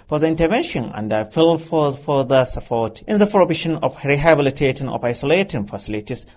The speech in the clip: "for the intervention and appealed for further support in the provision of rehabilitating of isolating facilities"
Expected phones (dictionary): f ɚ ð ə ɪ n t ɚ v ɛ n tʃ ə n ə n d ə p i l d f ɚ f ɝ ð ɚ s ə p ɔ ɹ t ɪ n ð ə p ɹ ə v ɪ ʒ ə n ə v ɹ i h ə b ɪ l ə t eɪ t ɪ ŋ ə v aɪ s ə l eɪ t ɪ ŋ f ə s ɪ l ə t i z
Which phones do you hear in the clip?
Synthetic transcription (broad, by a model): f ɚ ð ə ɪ n t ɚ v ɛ n ʃ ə n ə n d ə f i l f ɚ f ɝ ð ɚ s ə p ɔ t t ɪ n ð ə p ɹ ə b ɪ ʃ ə n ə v ɹ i h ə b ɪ l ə t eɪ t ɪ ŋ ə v aɪ s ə l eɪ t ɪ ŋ f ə s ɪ l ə t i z